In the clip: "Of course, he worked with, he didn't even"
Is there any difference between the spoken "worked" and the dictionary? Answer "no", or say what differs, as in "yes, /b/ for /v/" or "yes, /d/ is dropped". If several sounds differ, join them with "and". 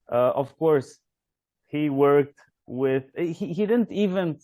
no